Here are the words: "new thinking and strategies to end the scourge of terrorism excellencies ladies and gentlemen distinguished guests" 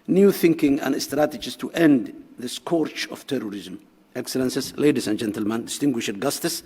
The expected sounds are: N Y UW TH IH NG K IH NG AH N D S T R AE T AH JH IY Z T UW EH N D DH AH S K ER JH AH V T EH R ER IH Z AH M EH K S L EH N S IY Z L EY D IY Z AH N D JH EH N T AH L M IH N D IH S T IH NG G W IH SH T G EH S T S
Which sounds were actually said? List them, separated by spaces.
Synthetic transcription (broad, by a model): N Y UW TH IH NG K IH NG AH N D S T R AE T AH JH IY S T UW EH N D DH AH S K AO CH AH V T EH R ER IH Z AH M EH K S L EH N S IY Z L EY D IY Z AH N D JH EH N T AH L M IH N D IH S T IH NG G W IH SH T G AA S T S